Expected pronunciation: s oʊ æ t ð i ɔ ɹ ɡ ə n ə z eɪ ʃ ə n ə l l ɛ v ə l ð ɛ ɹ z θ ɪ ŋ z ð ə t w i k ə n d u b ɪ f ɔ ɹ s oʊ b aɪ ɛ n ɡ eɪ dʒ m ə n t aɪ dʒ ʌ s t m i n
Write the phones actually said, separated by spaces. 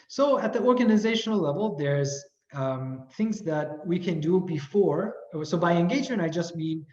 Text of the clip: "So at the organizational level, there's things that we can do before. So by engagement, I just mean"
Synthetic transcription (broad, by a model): s oʊ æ t ð i ɔ ɹ ɡ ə n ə z eɪ ʃ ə n l l ɛ v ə l ð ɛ ɹ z θ ɪ ŋ z ð ə t w i k ə n d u b ɪ f ɔ ɹ s oʊ b aɪ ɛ n ɡ eɪ dʒ ə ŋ aɪ dʒ ʌ s t m i n